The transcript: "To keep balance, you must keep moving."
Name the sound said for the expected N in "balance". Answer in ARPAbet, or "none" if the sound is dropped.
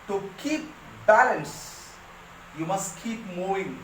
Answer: N